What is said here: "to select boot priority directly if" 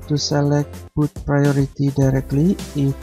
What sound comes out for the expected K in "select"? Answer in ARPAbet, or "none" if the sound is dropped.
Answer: K